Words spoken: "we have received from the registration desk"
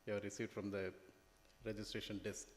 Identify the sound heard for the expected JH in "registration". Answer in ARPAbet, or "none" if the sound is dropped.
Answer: JH